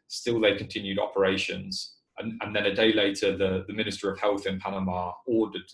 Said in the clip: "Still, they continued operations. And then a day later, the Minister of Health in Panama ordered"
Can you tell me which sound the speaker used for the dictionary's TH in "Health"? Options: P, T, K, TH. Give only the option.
TH